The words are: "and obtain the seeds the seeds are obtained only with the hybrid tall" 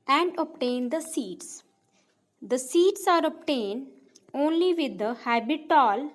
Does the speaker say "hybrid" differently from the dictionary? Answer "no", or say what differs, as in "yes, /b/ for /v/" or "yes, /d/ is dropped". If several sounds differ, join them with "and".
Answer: yes, /ɹ/ is dropped